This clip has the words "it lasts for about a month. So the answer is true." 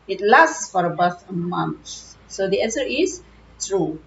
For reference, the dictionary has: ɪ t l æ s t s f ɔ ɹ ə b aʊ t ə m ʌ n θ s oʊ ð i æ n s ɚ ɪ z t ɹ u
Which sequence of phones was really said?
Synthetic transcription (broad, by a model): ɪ t l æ s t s f ɔ ɹ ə b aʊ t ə m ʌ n s s oʊ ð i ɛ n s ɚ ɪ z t ɹ u